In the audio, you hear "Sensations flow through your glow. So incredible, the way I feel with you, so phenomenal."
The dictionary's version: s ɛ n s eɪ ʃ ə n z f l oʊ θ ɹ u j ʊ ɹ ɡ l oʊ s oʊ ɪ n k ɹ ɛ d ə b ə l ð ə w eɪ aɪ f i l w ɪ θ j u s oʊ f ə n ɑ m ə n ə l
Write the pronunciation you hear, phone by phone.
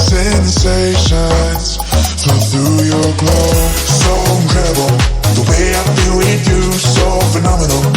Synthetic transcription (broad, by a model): s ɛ n s eɪ ʃ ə n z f oʊ θ ɹ u j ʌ ɹ ɡ l oʊ s oʊ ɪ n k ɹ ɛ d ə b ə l ð ə w eɪ aɪ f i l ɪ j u s oʊ f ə n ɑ m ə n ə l